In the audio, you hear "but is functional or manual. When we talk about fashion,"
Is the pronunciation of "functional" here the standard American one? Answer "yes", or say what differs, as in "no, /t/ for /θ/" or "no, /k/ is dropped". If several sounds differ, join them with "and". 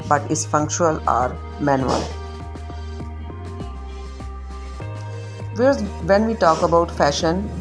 no, /n/ is dropped